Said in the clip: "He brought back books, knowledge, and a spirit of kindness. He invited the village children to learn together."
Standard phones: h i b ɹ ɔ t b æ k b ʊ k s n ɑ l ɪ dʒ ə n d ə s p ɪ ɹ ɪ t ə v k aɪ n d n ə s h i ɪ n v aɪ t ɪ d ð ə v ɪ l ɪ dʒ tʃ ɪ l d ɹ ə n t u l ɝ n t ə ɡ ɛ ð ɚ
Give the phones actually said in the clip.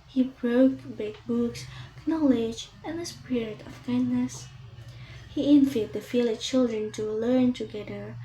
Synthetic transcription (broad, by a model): h i b ɹ ɔ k b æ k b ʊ k s n ɑ l ɪ dʒ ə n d ə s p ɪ ɹ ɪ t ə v k aɪ n d n ə s h i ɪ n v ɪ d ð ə f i l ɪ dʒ tʃ ɪ l d ɹ ə n t u l ɝ n t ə ɡ ɛ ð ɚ